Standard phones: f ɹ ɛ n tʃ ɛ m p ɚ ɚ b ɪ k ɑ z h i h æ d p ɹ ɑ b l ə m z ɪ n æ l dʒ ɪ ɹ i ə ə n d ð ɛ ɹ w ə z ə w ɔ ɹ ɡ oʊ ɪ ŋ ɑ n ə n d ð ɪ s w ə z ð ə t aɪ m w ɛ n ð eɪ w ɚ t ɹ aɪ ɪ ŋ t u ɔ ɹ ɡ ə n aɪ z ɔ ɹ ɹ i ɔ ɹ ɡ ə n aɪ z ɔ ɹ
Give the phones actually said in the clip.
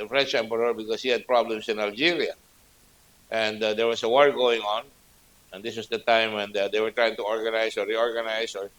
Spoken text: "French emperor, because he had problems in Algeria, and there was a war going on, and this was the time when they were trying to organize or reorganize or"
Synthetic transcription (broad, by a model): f ɹ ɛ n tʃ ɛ m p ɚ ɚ b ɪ k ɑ s h i h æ d p ɹ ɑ b l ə m s ɪ n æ l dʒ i ɹ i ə ə n d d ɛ ɹ w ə s ə w ɔ ɹ ɡ oʊ ɪ ŋ ɑ n ə n d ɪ s w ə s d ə t aɪ m w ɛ n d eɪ w ɚ t ɹ aɪ ɪ ŋ t u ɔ ɹ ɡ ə n aɪ s ɔ ɹ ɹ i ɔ ɹ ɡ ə n aɪ s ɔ ɹ